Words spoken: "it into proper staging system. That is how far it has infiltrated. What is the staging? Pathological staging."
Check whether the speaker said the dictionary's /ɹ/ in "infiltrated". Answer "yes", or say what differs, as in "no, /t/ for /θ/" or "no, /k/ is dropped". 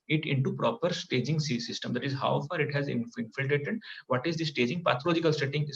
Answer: yes